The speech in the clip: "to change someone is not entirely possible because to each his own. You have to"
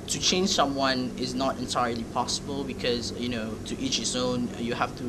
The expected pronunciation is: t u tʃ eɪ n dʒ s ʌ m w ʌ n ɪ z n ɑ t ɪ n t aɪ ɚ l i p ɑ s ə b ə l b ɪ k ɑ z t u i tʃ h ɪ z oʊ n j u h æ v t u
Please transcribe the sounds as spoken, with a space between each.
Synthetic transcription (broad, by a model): t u tʃ eɪ n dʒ s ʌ m w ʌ n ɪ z n ɑ t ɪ n t aɪ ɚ l i p ɑ s ə b ə l b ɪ k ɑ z t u i tʃ h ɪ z oʊ n j u h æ f t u